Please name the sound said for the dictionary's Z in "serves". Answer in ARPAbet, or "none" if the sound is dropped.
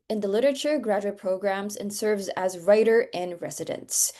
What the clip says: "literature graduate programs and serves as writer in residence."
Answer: Z